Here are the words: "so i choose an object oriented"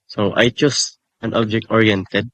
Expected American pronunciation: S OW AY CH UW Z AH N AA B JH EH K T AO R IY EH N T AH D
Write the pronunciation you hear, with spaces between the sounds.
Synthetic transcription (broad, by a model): S OW AY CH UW S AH N AA B JH EH K T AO R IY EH N T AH D